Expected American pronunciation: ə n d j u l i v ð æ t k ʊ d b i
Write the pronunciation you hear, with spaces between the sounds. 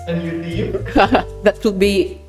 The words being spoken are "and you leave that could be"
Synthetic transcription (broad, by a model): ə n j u n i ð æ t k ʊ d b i